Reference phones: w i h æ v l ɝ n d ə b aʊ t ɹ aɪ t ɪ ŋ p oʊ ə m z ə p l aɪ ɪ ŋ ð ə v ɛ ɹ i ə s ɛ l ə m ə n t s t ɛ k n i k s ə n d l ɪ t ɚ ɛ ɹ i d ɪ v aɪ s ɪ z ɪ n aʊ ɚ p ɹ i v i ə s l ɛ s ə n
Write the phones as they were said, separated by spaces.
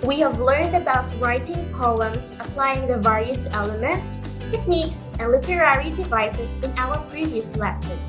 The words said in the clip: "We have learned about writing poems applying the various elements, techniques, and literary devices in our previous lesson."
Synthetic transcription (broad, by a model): w i h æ v l ɝ n d ə b aʊ t ɹ aɪ t ɪ ŋ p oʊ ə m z ə p l aɪ ɪ ŋ ð ə v ɛ ɹ i ə s ɛ l ə m ə n t s t ɛ k n i k s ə n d l ɪ t ɚ ɛ ɹ i d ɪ v aɪ s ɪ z ɪ n aʊ ɚ p ɹ i v i ə s l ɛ s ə n